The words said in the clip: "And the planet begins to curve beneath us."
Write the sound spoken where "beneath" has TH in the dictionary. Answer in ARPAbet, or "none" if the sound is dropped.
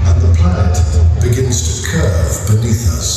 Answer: TH